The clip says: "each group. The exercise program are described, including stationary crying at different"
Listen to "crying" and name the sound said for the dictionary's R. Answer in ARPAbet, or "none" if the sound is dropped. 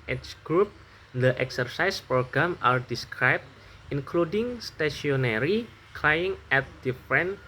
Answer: L